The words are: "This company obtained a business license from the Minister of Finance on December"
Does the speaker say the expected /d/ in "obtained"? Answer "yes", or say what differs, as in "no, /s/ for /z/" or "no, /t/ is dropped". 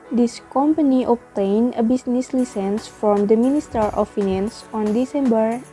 no, /d/ is dropped